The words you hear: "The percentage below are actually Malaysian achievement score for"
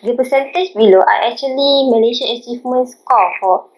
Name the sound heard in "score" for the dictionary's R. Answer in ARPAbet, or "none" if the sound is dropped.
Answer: L